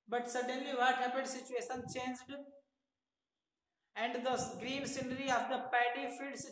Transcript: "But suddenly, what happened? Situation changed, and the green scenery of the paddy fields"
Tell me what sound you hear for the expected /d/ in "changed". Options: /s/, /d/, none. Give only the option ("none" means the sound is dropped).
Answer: /d/